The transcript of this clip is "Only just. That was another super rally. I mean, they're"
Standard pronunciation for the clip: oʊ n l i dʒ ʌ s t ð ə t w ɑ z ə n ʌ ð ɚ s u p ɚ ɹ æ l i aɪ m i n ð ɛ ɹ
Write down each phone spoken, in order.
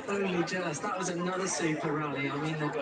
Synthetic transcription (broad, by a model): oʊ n l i dʒ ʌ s ð ə t w ɑ z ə n ʌ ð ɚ s u p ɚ ɹ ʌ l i aɪ m i n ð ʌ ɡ